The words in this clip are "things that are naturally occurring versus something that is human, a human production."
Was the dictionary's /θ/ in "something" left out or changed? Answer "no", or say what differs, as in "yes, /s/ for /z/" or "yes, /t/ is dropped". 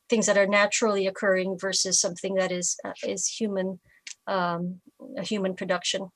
no